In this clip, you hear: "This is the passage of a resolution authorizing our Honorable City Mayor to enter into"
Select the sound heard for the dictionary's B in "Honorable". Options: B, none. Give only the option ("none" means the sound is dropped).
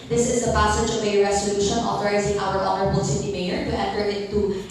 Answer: B